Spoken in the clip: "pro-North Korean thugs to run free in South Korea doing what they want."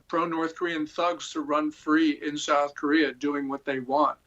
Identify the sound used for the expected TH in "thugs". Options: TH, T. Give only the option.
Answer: TH